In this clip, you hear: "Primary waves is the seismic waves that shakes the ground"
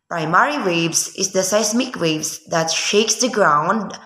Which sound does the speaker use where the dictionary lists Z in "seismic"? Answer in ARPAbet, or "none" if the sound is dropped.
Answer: S